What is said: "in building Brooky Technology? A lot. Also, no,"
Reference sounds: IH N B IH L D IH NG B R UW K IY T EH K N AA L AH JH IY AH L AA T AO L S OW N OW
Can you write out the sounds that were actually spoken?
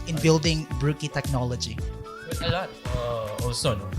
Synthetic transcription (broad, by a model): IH N B IH L D IH NG B R UW K IY T EH K N AA L AH JH IY AH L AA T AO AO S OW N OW